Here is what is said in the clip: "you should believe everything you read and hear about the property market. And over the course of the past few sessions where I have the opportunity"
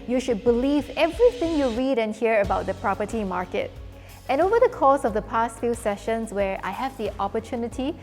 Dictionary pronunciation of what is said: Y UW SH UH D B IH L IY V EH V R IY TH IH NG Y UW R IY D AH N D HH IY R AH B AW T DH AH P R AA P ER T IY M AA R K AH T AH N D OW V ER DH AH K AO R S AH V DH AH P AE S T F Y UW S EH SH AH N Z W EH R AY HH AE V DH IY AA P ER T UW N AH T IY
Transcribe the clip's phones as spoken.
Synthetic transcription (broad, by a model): Y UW SH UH D B IH L IY V EH V R IY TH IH NG Y UW R IY D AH N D HH IY R AH B AW T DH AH P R AA P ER T IY M AA R K AH T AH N OW V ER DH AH K AO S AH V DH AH P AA S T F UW S EH SH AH N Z W EH R AY HH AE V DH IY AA P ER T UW N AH T IY